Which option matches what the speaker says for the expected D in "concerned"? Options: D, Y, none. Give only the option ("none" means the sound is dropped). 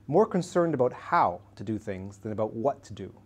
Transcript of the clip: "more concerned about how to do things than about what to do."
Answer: D